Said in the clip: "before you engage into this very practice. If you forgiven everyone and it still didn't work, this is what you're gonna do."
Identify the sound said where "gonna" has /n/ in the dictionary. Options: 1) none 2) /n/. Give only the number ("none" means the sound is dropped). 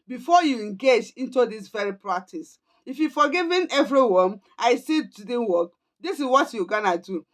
2